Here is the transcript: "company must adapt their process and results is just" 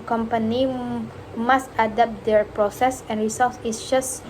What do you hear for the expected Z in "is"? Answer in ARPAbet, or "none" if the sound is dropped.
S